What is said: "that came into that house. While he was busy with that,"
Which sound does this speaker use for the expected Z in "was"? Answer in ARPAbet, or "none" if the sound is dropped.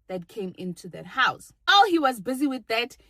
Z